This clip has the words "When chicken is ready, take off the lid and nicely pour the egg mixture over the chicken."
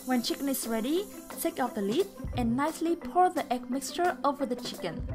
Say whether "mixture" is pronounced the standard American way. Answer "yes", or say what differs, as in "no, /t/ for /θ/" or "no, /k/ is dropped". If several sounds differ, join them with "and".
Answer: yes